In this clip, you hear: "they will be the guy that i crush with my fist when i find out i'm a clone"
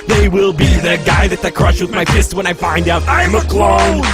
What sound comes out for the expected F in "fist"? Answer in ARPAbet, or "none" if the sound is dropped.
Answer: P